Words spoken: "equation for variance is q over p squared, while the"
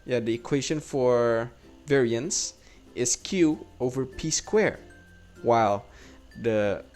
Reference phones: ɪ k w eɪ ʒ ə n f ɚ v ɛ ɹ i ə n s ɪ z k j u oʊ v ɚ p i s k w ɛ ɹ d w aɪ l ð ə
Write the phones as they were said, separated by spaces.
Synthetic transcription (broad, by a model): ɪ k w eɪ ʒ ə n f ɚ v ɛ ɹ i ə n s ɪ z k j u oʊ v ɚ p i s k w ɛ ɹ w aɪ l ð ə